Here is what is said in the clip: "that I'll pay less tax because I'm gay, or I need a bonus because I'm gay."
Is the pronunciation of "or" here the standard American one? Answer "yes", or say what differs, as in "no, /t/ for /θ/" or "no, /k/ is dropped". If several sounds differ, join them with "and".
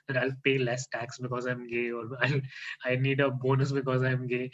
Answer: no, /l/ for /ɹ/